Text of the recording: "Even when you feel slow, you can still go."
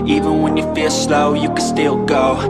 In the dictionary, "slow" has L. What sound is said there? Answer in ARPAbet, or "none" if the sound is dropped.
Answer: L